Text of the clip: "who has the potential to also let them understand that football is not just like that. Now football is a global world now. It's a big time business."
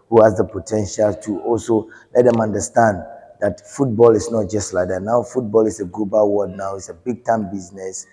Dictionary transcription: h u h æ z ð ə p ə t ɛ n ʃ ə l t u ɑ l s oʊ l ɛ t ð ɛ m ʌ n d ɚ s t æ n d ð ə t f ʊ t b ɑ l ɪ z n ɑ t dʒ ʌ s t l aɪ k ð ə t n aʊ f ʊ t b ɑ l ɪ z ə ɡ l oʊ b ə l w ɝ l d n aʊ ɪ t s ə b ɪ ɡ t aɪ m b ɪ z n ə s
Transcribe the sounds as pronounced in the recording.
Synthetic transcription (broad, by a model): h u h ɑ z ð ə p ə t ɛ n ʃ ə l t u ɑ l s oʊ l ɛ t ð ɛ m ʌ n d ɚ s t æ n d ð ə t f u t b ɑ l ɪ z n ɑ t dʒ ʌ s t l aɪ k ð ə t n aʊ f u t b ɑ l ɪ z ə ɡ l oʊ b ə l w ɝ d n aʊ ɪ t s ə b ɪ ɡ t aɪ m b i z n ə s